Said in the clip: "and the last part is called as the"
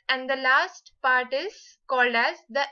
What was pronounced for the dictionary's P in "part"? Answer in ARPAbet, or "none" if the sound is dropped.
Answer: P